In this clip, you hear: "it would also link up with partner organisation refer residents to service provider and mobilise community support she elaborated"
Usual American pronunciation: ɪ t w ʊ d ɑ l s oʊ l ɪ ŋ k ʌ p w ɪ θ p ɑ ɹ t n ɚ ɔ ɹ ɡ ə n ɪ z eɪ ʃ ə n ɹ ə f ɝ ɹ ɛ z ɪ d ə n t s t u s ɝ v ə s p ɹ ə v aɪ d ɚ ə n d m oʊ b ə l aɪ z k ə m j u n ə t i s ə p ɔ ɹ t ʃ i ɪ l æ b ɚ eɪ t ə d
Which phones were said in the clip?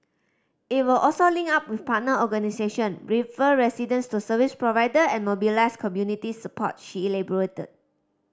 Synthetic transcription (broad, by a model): ɪ t w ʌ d ɑ l s oʊ l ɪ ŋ ɑ p w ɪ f p ɑ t n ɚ ɔ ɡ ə n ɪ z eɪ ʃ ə n ɹ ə f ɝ ɹ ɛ s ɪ d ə n s t u s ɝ v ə s p ɹ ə v aɪ d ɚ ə n m oʊ b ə l aɪ s k ə m j u n ə t i s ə p ɔ t ʃ i l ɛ b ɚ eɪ t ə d